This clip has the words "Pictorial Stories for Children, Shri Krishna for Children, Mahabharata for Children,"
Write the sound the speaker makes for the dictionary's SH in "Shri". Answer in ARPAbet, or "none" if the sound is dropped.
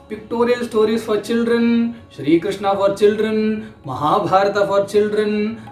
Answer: SH